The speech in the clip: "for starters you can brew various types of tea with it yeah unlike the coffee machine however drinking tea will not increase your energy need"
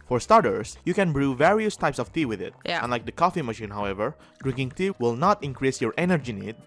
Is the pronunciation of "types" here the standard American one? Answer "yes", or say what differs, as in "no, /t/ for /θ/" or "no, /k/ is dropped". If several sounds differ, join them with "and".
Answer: yes